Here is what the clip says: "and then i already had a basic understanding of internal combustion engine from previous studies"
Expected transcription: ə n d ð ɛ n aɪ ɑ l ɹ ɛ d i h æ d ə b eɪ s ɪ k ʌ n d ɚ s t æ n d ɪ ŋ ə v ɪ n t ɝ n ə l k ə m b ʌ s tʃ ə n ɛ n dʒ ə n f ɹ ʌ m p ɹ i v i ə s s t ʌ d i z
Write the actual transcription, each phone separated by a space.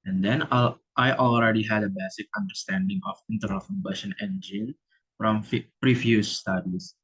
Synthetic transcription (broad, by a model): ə n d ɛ n aɪ ɑ l ɹ ɛ d i h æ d ə b eɪ s ɪ k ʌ n d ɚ s t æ n d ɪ ŋ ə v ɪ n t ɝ ə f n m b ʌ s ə n ɛ n dʒ ə n f ɹ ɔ m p ɹ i f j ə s s t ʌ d i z